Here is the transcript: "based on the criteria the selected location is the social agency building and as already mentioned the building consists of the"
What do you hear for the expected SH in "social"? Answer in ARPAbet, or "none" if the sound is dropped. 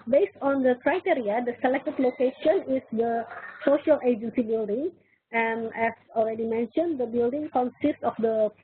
SH